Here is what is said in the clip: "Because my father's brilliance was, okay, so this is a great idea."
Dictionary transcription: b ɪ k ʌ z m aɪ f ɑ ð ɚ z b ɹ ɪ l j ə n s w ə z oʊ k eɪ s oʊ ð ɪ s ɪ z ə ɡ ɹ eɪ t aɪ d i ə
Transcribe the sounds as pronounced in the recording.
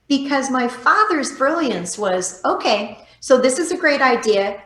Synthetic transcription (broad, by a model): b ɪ k ʌ z m aɪ f ɑ ð ɚ z b ɹ ɪ l j ə n s w ə z oʊ k eɪ s oʊ ð ɪ s ɪ z ə ɡ ɹ eɪ t aɪ d i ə